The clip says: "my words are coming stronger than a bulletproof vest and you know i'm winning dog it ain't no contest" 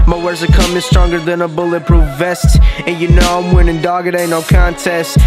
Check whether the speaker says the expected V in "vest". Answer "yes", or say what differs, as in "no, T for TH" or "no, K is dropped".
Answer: yes